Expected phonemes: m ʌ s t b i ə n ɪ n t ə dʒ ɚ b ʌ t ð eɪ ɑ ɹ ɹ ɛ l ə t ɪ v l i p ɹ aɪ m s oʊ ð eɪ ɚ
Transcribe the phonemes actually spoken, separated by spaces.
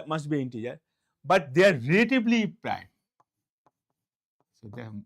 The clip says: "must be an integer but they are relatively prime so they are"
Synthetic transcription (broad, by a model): m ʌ s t b i ɪ n t ə dʒ ɚ b ʌ t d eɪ ɑ ɹ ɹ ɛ l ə t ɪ b l i p ɹ aɪ m s oʊ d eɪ